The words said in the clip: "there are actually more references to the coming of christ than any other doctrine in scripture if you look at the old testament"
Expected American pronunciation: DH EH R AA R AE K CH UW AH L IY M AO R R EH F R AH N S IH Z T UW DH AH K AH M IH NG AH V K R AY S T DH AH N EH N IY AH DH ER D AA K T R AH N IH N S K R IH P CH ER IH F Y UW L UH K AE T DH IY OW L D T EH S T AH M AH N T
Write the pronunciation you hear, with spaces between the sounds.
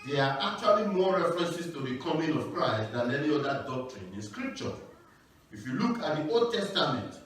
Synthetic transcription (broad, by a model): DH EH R AA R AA K CH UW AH L IY M AO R R EH F R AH N S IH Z T UW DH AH K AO M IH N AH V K R AY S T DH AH N EH N IY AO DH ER D AA K T R AH N IH N S K R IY P CH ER IH F Y UW L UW K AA T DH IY OW L D T EH S T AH M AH N T